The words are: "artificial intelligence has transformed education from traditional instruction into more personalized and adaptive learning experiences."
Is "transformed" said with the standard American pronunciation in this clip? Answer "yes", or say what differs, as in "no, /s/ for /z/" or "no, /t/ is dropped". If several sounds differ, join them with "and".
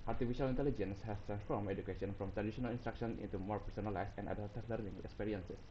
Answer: no, /d/ is dropped